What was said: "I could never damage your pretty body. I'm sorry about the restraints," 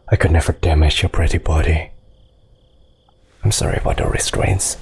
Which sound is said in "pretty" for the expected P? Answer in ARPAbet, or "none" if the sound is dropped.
P